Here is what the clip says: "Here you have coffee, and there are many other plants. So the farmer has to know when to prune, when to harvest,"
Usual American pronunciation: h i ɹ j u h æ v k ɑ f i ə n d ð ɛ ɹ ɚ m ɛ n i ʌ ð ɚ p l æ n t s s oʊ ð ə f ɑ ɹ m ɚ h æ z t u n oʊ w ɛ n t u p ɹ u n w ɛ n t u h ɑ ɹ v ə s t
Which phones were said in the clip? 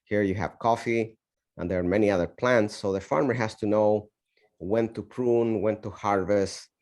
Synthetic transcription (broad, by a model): h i ɹ j u h æ v k ɑ f i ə n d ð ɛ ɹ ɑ m ɛ n i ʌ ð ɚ p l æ n t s s oʊ ð ə f ɑ ɹ m ɚ h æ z t u n oʊ w ɛ n t u p ɹ u n w ɛ n t u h ɑ ɹ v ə s t